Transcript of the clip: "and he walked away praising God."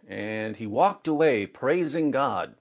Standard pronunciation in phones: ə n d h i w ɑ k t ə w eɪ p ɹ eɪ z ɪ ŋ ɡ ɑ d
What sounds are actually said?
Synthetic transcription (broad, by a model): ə n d i w ɑ k t ə w eɪ p ɹ eɪ z ɪ ŋ ɡ ɑ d